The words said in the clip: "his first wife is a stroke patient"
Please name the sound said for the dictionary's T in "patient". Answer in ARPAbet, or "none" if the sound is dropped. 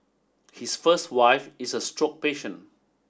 none